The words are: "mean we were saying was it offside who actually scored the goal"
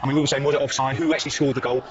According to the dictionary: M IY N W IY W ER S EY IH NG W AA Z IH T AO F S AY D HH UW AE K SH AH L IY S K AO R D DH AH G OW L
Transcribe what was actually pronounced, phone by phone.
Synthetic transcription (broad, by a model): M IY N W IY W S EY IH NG W AA Z IH T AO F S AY HH UW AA K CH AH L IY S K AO L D DH AH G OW L